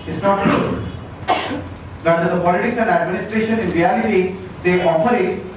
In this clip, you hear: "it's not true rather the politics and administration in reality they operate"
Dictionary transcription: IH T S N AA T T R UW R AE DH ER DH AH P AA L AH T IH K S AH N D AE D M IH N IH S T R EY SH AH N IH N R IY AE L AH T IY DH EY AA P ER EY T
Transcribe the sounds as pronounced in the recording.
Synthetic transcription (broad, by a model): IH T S N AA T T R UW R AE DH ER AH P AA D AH T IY S AH N D AE D M IH N IH S T R EY SH AH N IH N R IY AE L AH T IY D EY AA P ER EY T